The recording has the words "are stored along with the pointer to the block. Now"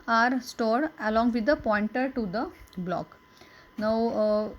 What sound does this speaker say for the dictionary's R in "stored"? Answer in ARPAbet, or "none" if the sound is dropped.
R